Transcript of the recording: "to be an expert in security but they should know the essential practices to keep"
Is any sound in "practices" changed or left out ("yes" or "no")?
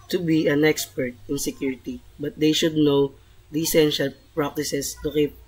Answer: yes